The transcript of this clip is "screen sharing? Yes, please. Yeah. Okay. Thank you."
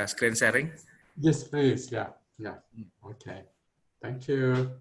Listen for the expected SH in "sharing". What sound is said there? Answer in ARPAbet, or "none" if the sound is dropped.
S